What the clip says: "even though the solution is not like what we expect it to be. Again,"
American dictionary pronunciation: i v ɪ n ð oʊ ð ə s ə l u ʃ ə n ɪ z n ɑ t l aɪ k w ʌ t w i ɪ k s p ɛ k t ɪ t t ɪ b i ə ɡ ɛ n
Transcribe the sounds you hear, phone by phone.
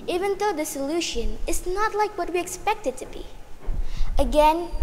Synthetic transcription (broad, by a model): i v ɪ n ð oʊ ð ə s ə l u ʃ ə n ɪ z n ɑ t l aɪ k w ʌ t w i ɪ k s p ɛ k t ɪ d t ɪ b i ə ɡ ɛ n